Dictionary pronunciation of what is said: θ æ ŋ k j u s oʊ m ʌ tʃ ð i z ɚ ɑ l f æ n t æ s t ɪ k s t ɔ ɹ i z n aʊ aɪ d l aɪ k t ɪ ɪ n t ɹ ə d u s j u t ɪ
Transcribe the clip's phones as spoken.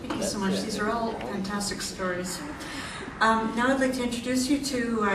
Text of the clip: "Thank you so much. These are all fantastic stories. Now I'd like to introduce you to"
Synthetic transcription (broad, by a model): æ ŋ k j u s oʊ m ʌ tʃ ð i z ɚ ɑ l f æ n t æ s t ɪ k s t ɔ ɹ i z n aʊ aɪ d l aɪ k t ɪ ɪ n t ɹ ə d u s j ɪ t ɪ